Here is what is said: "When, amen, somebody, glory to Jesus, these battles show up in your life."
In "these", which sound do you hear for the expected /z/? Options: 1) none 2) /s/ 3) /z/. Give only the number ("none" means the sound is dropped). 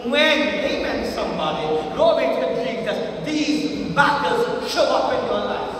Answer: 3